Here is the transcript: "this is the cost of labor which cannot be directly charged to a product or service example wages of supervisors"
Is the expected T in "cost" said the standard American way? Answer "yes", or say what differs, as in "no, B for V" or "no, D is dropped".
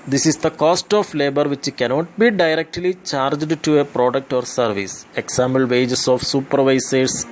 yes